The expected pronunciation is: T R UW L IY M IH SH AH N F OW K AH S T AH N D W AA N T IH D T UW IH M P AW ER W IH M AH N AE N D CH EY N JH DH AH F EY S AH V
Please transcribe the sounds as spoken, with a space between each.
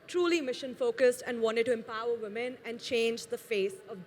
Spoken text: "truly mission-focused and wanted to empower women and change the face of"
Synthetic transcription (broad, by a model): T R UW L IY M IH SH AH N F OW K AH S T AH N D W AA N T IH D T UW IH M P AW ER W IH M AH N AE N D CH EY N JH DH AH F EY S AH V